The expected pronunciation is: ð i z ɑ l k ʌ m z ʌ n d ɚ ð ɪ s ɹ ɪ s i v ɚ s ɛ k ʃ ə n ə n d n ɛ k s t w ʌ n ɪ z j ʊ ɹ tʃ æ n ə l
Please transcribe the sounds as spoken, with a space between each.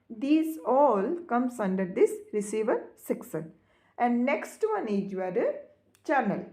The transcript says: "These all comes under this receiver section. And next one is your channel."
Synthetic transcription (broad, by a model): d i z ɑ l k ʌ m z ʌ n d ɚ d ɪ s ɹ ɪ s i v ɚ s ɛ k s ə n ə n d n ɛ k s t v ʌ n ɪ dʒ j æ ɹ tʃ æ n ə l